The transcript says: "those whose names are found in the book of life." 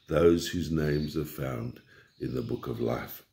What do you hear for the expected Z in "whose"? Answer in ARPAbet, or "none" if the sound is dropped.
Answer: Z